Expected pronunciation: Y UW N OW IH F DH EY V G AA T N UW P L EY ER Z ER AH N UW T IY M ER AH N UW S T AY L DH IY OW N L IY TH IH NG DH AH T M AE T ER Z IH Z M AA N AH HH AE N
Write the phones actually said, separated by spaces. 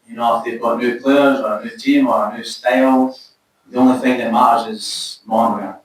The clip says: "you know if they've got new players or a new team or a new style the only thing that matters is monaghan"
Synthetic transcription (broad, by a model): Y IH N OW IH F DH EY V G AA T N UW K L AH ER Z ER AH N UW T IY M ER AH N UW S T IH L DH IY OW N L IY TH IH NG DH AH T M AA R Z IH Z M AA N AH